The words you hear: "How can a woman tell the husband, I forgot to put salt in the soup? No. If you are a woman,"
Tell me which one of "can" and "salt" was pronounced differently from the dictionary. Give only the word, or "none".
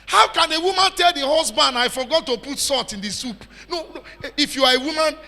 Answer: salt